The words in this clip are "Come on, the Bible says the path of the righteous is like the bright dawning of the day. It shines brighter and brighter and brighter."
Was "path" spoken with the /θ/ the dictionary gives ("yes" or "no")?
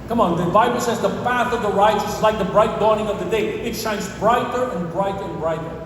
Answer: yes